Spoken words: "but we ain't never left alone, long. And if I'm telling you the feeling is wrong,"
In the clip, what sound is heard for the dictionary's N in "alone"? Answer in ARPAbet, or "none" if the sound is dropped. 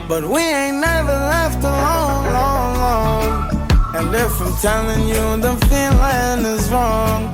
L